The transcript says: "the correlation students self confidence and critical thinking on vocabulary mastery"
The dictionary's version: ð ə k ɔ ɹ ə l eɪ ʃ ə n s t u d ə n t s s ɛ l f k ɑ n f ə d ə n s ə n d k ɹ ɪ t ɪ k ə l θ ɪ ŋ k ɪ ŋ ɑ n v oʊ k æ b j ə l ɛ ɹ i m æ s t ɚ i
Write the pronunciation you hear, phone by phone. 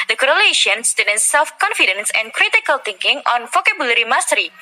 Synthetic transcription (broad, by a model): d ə k ɔ ɹ ə l eɪ ʃ ə n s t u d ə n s s ɛ l f k ɑ n f ə d ə n s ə n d k ɹ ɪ t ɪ k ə l t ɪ ŋ k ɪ ŋ ɑ n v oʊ k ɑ b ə l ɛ ɹ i m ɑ s t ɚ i